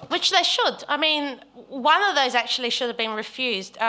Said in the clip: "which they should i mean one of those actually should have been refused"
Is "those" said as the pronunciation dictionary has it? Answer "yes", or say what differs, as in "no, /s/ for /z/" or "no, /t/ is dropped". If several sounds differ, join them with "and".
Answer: yes